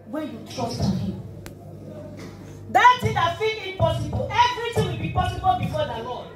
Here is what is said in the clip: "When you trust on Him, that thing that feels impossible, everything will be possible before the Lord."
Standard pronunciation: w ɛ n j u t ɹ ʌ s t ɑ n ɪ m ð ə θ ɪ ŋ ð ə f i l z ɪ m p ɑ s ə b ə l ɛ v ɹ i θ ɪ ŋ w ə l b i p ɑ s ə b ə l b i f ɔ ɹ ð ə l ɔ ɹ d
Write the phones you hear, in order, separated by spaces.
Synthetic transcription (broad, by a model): w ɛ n j u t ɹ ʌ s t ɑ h ɪ m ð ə t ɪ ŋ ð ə f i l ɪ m p ɑ s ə b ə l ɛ v ɹ i t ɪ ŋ w ə l b i p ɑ s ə b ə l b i f ɔ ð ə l ɔ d